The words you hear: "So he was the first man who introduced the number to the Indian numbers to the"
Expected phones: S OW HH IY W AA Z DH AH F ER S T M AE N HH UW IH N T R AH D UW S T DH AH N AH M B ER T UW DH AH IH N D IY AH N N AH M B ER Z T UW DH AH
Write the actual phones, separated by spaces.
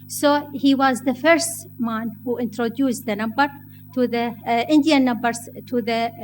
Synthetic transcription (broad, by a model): S OW HH IY W AA Z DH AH F ER S T M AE N HH UW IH N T R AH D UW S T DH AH N AH M B ER T UW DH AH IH N D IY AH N N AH M B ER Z T UW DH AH